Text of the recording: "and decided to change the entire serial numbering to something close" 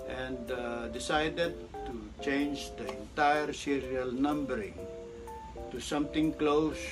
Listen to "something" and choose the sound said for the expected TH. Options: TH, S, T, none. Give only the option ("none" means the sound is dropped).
T